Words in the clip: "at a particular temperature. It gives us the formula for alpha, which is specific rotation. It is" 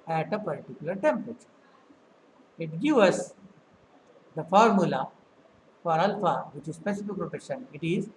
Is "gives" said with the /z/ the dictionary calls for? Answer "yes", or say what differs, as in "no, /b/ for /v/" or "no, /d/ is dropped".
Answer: no, /z/ is dropped